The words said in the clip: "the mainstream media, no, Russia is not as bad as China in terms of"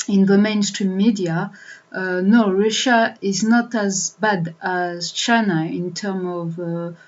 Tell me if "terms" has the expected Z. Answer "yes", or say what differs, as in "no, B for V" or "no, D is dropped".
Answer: no, Z is dropped